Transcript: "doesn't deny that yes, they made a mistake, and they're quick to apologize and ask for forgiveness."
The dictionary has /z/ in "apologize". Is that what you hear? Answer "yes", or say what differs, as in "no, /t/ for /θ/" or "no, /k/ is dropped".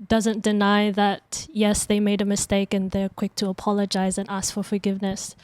yes